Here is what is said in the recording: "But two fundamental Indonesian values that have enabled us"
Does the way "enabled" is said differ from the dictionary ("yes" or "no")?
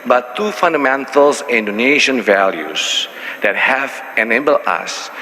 yes